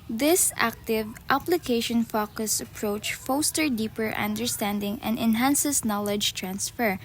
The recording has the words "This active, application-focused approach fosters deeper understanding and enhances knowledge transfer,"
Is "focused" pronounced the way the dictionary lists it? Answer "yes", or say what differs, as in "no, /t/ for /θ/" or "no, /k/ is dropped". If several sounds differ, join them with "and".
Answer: no, /t/ is dropped